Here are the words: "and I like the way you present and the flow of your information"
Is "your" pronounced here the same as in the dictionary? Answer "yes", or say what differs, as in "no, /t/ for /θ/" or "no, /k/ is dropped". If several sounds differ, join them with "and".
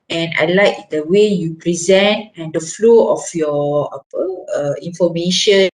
no, /l/ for /ɹ/